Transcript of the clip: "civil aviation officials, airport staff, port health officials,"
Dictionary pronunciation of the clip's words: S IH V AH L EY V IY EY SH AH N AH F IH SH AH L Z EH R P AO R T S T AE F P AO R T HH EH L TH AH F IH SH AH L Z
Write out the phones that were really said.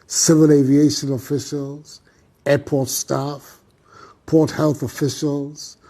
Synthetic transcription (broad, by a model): S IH V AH L EY V IY EY SH AH N AH F IH SH AH L Z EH P AO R T S T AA F P AO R T HH EH L TH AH F IH SH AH L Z